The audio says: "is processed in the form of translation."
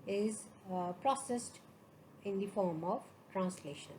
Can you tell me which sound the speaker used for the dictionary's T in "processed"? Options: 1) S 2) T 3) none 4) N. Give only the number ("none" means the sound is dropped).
2